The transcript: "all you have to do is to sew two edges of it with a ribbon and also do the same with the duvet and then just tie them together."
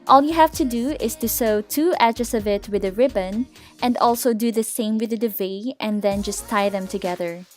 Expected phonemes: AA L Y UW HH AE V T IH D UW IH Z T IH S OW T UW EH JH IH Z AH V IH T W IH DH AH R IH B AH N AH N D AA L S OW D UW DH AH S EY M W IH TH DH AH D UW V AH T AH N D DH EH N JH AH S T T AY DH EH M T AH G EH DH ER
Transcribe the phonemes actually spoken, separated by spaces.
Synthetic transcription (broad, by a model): AA L Y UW HH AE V T IH D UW IH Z T IH S OW T UW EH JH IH S AH V IH T W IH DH AH R IH B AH N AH N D AA L S OW D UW DH AH S EY M W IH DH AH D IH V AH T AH N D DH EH N JH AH S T T AY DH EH M T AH G EH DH ER